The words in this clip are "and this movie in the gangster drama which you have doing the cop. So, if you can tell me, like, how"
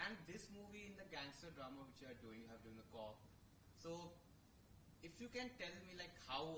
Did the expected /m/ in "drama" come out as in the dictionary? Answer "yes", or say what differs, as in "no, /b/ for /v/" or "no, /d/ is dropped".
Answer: yes